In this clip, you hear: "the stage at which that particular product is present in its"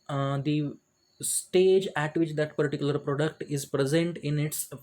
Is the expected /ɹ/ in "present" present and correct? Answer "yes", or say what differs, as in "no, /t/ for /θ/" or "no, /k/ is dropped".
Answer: yes